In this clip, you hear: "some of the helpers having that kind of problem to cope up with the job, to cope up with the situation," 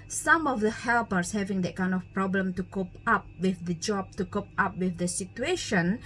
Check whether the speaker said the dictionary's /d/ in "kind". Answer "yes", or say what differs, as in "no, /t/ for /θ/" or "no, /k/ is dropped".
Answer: yes